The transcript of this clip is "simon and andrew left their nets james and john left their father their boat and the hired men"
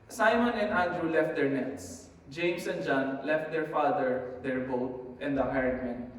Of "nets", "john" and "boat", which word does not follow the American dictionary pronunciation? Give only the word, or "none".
none